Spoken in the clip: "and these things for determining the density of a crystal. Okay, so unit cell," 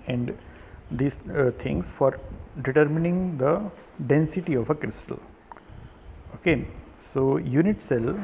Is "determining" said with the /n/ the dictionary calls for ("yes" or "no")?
yes